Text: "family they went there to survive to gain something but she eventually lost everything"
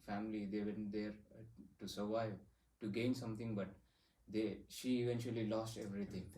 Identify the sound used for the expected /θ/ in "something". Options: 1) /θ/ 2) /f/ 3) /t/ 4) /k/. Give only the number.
3